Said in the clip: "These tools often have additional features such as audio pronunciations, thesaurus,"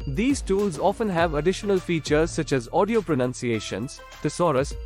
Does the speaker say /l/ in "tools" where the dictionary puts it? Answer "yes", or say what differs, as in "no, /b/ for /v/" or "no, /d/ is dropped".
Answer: yes